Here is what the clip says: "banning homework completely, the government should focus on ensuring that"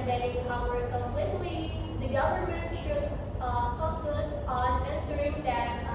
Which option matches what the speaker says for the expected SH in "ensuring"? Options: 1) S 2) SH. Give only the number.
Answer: 1